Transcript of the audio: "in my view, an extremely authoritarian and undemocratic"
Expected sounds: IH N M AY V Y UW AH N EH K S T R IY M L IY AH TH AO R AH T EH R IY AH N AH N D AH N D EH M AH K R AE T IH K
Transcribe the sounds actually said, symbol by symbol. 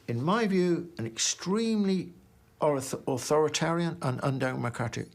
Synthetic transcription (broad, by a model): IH N M AY V Y UW AH N EH K S T R IY M L IY AH TH AO R AH T EH R IY AH N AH N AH N D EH M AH K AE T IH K